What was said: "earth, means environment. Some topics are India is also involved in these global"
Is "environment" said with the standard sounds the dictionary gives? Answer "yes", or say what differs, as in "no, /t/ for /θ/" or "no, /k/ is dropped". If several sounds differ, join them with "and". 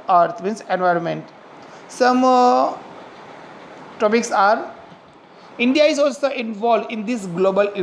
yes